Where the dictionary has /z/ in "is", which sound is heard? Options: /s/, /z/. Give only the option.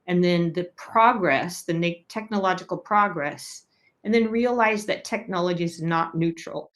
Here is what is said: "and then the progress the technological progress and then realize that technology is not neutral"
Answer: /z/